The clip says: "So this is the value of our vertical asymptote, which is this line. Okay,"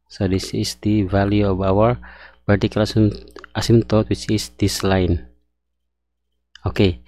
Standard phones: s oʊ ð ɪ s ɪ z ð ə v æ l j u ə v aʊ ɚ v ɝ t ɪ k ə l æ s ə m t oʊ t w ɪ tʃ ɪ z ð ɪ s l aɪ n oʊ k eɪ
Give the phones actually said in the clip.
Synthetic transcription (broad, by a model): s oʊ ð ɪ s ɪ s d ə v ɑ l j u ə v aʊ ɚ p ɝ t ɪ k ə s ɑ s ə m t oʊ t w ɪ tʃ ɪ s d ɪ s l aɪ n oʊ k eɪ